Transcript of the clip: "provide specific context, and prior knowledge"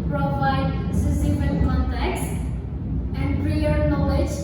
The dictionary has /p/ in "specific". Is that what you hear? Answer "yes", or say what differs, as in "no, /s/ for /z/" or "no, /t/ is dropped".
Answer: no, /p/ is dropped